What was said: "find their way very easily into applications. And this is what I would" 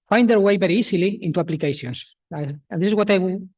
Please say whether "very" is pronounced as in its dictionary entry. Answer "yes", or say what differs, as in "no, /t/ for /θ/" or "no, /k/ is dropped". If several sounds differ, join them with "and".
no, /b/ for /v/